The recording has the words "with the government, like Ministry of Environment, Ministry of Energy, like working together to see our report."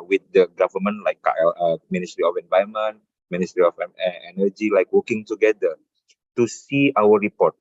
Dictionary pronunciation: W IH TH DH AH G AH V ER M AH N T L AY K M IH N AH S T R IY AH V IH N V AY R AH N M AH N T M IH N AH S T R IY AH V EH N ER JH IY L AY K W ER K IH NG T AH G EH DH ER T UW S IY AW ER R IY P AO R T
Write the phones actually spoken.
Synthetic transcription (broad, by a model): W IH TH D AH G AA V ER M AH N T L AY K M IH N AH S T R IY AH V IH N V AY AH M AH N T M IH N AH S T R IY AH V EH N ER JH IY L AY K W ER K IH NG T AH G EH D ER T UW S IY AW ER R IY P AO T